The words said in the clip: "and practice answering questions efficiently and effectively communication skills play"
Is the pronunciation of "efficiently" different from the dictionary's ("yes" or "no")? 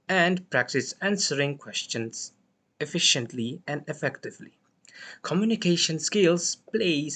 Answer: no